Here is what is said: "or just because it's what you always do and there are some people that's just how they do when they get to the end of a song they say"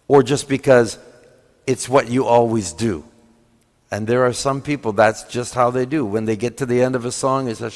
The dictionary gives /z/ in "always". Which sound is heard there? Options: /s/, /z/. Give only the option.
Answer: /z/